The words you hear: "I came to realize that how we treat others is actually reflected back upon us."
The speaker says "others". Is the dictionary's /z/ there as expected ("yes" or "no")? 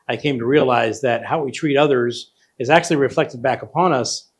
yes